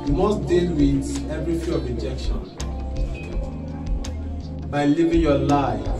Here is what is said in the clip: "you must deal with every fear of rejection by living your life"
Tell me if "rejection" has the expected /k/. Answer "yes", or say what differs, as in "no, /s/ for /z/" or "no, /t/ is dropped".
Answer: yes